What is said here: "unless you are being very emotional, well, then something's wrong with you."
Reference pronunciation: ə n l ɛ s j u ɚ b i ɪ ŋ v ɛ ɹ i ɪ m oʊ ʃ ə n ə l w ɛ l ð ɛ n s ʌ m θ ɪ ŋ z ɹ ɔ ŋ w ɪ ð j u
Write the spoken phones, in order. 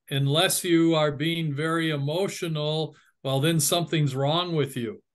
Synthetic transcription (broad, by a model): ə n l ɛ s j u ɚ b i ɪ ŋ v ɛ ɹ i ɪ m oʊ ʃ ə n l w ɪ l ð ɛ n s ʌ m θ ɪ ŋ z ɹ ɔ ŋ w ɪ ð j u